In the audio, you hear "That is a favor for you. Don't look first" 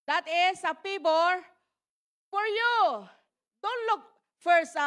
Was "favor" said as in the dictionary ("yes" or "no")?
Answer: no